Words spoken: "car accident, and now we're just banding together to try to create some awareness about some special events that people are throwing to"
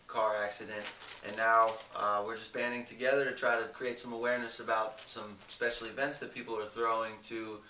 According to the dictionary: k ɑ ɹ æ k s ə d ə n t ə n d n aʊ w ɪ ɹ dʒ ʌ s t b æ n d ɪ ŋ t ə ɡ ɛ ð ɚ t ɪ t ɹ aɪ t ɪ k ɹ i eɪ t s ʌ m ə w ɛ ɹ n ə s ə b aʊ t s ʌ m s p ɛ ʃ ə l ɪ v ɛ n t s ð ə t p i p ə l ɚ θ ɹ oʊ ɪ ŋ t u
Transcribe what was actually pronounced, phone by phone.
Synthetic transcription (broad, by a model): k ɑ ɹ æ k s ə d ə n t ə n n aʊ w ɪ ɹ dʒ ʌ s b æ n d ɪ ŋ t ə ɡ ɛ ð ɚ t ɪ t ɹ aɪ t ɪ k ɹ i eɪ t s ʌ m ə w ɛ ɹ n ə s ə b aʊ t s ʌ m s p ɛ ʃ l ɪ v ɛ n t s ð ə t p i p l ɚ θ ɹ oʊ ɪ ŋ t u